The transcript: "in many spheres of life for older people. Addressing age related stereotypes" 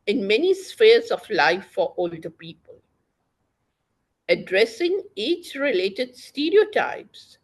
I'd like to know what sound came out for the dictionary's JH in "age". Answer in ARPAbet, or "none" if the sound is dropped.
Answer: CH